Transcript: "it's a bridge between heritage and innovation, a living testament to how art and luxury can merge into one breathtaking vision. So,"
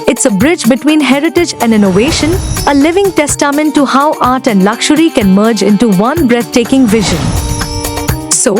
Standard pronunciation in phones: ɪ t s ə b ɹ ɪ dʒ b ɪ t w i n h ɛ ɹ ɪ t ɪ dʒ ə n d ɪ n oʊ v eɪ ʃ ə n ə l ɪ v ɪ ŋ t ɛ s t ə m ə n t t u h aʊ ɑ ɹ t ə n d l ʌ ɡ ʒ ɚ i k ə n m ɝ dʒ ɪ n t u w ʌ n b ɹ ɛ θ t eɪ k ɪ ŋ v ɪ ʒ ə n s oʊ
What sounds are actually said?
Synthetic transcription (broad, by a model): ɪ t s ə b ɹ ɪ dʒ b ɪ t w i n h ɛ ɹ ɪ t ɪ dʒ ə n d ɪ n oʊ v eɪ ʃ ə n ə l ɪ v ɪ ŋ t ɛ s t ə m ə n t t u h aʊ ɑ ɹ t ə n d l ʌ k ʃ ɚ i k ə n m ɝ dʒ ɪ n t u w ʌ n b ɹ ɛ t t eɪ k ɪ ŋ v ɪ ʒ ə n s oʊ